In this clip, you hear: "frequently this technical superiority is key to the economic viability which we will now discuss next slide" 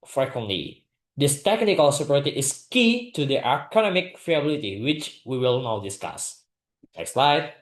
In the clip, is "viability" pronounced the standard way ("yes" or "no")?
no